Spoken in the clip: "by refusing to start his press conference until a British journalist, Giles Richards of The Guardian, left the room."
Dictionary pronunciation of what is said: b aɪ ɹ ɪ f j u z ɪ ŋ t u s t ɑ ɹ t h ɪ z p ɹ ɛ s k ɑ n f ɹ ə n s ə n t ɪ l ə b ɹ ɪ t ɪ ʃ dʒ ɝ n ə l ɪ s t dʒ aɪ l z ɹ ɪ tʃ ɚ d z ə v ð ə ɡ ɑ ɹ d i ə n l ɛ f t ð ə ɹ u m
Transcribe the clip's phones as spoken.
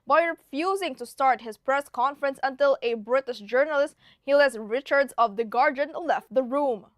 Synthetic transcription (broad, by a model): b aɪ ɹ ɪ f j u z ɪ ŋ t u s t ɑ ɹ t h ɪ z p ɹ ɛ s k ɑ n f ɹ ə n s ə n t ɪ l ə b ɹ ɪ t ɪ ʃ dʒ ɝ n ə l ɪ s t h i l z ɹ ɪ tʃ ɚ d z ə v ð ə ɡ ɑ ɹ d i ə n l ɛ f t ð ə ɹ u m